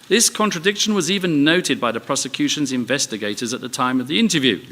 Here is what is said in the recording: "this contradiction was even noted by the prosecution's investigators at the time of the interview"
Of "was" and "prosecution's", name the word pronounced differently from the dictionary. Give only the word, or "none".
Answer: none